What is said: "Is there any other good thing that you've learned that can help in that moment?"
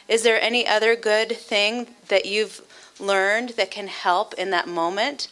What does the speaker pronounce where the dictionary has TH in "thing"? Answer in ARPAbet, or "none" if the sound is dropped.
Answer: TH